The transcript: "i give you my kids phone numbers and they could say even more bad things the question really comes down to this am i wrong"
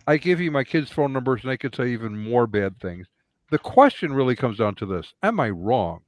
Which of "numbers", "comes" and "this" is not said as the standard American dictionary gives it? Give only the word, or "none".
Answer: none